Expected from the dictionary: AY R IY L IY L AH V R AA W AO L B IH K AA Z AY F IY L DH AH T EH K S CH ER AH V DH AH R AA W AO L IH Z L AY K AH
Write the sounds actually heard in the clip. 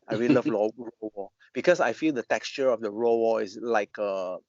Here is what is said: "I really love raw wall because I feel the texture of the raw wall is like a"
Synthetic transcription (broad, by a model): AY R IY L IY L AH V L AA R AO W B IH K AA S AY F IY L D AH T EH K S CH ER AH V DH AH R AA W AO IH S L AY K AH